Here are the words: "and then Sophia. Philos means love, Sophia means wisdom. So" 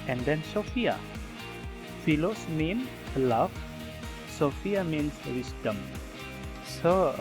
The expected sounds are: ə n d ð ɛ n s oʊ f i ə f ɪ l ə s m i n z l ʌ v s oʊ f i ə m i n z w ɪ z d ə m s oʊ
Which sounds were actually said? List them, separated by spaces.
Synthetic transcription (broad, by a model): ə n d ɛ n s oʊ f i ə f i l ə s m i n l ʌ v s oʊ f i ə m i n s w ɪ s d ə m s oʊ